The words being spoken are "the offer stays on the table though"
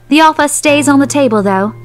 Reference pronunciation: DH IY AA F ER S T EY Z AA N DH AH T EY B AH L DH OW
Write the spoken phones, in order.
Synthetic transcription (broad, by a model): DH IY AA F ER S T EY Z N DH AH T EY B AH L DH OW